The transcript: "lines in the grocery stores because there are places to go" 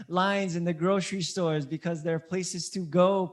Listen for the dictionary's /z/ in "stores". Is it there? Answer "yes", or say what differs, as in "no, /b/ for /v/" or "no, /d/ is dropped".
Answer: yes